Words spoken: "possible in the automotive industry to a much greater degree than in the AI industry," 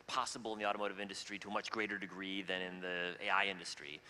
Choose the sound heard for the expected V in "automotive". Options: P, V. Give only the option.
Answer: V